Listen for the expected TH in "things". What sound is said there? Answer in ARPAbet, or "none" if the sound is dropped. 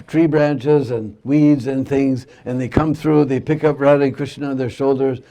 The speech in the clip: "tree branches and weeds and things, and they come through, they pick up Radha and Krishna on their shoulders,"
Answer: TH